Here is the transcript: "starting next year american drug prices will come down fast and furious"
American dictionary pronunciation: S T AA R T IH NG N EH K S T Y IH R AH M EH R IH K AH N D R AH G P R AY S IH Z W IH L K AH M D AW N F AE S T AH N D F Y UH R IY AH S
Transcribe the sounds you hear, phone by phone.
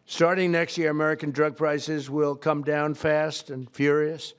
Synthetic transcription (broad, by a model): S T AA R T IH NG N EH K S T Y IH R AH M EH R IH K AH N D R AH G P R AY S IH Z W IH L K AH M D AW N F AE S T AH N F Y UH R IY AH S